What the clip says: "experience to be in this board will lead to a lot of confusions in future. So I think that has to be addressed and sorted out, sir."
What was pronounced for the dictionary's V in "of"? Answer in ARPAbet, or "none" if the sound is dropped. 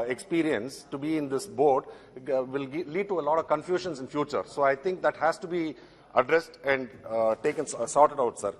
V